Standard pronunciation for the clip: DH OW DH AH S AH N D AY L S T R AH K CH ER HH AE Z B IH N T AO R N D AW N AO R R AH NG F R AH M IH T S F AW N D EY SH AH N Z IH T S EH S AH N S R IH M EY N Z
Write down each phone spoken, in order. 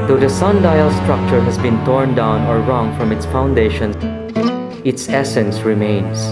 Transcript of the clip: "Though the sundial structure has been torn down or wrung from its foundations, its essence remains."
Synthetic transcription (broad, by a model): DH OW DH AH S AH N D AY L S T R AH K CH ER HH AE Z B IH N T AO R N D AW N AO R R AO NG F R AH M IH T S F AW N D EY SH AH N IH T S EH S AH N S R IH M EY N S